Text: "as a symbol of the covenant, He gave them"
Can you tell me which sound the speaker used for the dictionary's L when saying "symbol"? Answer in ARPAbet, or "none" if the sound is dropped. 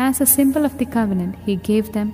L